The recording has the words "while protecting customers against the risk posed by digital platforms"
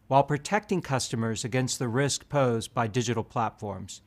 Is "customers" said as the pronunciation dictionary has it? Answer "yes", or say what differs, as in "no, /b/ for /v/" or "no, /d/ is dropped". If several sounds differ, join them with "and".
yes